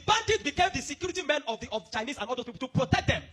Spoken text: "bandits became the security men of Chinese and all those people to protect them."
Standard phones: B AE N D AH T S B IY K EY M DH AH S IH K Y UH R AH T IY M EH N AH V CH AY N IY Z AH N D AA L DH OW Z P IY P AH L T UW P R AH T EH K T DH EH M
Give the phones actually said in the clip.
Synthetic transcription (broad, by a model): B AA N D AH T B IY K EY M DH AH S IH K Y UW R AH T IY M EH N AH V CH AY N IY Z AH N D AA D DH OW S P IY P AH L T UW P R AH T EH K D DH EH M